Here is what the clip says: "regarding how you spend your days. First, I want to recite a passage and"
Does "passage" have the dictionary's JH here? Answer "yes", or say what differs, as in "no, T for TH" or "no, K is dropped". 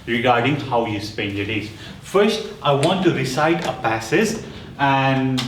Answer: no, Z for JH